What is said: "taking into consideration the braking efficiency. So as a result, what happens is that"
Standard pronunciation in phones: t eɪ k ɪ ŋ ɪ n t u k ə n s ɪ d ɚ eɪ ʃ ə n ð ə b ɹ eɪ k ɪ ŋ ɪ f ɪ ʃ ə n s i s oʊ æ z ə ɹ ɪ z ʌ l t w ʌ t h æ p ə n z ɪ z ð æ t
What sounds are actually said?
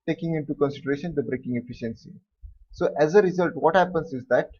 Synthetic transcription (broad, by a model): t eɪ k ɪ ŋ ɪ n t u k ə n s ɪ d ɚ eɪ ʃ ə n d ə b ɹ eɪ k ɪ ŋ ɪ f ɪ ʃ ə n s i s oʊ æ z ə ɹ ɪ z ʌ l t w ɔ t h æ p ə n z ɪ z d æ t